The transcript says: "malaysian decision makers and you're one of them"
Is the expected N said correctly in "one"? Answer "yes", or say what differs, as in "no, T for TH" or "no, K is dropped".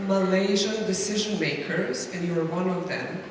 yes